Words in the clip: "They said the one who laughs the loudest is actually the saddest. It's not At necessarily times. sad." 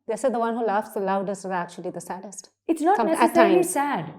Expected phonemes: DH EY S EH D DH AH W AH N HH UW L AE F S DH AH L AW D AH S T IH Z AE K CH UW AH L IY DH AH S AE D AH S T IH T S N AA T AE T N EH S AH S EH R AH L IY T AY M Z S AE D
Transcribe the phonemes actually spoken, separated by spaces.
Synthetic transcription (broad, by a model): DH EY S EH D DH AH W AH N HH UW L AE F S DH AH L AW D AH S T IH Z AE K CH UW AH L IY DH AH S AE D AH S T IH T S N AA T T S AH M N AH IY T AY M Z S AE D